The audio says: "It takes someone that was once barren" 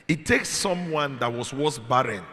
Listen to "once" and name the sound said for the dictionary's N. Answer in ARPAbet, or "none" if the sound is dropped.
none